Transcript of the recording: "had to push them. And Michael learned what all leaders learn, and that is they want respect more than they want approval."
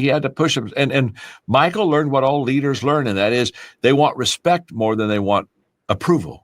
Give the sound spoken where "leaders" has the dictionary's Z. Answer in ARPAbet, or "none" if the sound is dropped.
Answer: Z